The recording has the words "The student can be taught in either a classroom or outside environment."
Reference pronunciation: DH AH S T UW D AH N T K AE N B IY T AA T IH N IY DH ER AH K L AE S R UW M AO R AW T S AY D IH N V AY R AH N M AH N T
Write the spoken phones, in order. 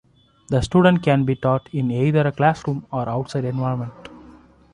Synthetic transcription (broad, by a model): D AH S T UW D AH N T K AE N B IY T AA T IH N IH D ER AH K L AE S R UW M AO R AW T S AY D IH N V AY AH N M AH N T